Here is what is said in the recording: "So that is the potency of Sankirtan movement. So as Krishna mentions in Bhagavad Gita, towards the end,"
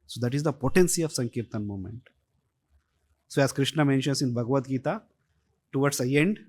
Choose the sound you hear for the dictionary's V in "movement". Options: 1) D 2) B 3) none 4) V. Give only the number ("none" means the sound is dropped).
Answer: 3